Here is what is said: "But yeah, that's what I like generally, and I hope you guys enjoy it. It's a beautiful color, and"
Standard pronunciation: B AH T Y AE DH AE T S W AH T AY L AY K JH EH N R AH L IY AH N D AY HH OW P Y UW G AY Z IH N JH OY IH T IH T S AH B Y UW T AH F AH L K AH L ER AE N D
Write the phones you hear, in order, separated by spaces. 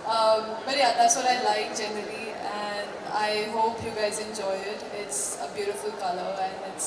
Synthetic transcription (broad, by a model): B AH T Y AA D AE T S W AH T AY L AY K JH EH N R AH L IY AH N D AY HH OW P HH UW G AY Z IH N JH OY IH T IH T S AH B Y UW T AH F AH L K AH L ER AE N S